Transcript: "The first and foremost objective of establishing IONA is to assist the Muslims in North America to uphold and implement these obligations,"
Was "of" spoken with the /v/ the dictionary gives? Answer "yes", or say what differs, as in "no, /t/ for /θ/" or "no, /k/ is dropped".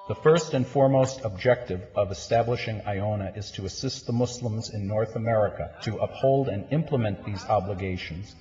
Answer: yes